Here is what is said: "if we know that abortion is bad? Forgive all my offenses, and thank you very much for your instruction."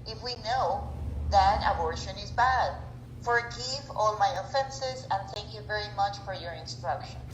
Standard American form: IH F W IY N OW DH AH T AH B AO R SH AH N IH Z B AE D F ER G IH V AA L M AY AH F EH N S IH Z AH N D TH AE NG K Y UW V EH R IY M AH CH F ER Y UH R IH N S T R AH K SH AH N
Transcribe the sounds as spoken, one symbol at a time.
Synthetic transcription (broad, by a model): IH F W IY N OW DH AH T AH B AO R SH AH N IH Z B AE D F ER G IH V AA L M AY AH F EH N S IH Z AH N TH AE NG K Y UW V EH R IY M AH CH F ER Y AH R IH N S T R AH K SH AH N